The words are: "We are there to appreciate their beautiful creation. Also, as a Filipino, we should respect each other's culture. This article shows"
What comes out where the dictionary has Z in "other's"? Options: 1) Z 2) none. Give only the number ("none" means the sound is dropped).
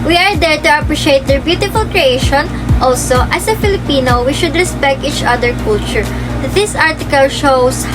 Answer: 2